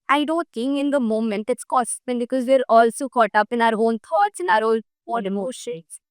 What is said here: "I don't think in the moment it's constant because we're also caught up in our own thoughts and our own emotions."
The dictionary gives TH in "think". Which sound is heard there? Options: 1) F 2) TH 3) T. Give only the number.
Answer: 3